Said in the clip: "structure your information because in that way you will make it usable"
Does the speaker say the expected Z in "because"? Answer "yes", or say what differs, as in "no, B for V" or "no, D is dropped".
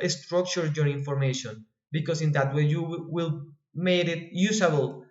no, S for Z